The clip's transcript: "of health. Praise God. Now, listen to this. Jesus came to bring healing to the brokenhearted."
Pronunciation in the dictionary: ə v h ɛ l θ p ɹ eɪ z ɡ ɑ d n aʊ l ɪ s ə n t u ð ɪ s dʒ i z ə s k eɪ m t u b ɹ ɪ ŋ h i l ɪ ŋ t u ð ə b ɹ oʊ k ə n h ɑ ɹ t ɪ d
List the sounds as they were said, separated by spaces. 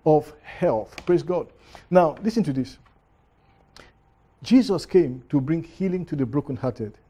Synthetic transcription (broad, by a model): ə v h ɛ l θ p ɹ eɪ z ɡ ɑ d n aʊ l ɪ s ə n t u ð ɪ s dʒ i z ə s k eɪ m t u b ɹ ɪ ŋ h i l ɪ ŋ t u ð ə b ɹ oʊ k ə n h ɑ t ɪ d